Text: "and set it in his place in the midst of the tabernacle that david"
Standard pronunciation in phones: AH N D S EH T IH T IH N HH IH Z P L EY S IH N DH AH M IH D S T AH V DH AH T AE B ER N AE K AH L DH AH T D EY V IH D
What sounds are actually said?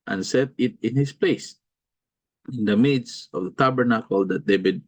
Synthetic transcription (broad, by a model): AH N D S EH T IH T IH N HH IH S P L EY S IH N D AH M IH D S AH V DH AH T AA B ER N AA K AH L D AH T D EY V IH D